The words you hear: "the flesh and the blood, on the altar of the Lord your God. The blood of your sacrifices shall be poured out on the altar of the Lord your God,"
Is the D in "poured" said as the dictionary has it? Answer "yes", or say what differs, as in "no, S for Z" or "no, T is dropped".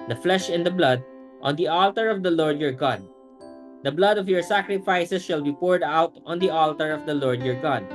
yes